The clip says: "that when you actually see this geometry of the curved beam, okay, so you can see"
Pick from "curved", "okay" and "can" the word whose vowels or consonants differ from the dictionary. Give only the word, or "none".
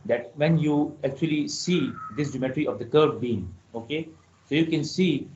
curved